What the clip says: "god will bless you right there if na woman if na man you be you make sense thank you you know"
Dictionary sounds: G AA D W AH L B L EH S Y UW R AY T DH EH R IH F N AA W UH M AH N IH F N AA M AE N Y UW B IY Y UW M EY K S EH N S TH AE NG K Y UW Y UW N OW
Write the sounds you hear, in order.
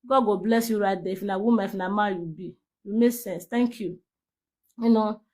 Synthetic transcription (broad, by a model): G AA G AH B L EH S Y UW R AY T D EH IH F N AA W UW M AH IH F N AA M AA Y UW B IY Y UW M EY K S EH N S T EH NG K Y UW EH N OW